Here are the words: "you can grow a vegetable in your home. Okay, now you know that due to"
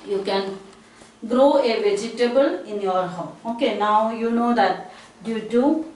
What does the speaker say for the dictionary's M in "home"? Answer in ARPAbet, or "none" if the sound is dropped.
none